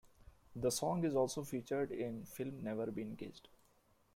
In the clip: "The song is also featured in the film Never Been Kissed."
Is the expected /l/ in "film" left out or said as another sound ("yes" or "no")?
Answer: no